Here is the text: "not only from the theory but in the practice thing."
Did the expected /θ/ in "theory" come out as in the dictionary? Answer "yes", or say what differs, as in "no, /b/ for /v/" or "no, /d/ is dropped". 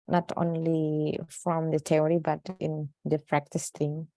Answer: no, /t/ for /θ/